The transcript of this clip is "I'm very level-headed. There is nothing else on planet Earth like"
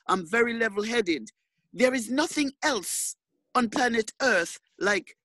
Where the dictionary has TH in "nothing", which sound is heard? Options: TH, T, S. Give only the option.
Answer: TH